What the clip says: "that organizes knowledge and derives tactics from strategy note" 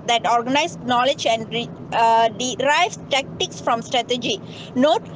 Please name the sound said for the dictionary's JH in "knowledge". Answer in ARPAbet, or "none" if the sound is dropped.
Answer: JH